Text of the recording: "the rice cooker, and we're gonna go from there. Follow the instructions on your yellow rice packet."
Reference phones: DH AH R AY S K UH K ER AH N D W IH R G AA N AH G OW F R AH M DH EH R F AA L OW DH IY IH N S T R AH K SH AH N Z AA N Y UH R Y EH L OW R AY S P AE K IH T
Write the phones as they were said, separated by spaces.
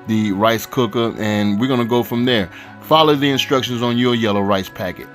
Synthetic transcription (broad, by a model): DH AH R AY S K UH K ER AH N W IH R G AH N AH G OW F R AH M DH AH R F AA L OW DH IY IH N S T R AH K SH AH N Z N Y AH R Y EH L OW R AY S P AE K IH T